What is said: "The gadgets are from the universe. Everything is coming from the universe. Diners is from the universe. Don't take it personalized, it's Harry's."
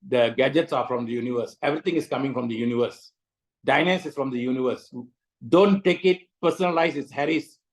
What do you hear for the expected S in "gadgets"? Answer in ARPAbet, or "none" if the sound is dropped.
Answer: S